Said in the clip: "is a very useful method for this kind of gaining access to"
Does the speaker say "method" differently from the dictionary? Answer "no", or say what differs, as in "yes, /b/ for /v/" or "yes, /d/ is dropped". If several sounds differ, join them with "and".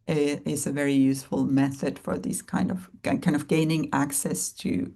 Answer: no